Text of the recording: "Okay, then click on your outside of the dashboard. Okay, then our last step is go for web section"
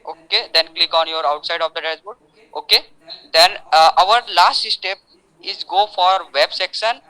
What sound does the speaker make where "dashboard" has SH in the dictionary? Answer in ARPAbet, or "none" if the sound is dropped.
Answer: S